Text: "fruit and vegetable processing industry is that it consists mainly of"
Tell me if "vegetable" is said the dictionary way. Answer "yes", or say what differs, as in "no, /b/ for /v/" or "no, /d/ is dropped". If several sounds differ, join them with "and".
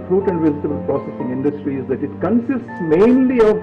no, /z/ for /dʒ/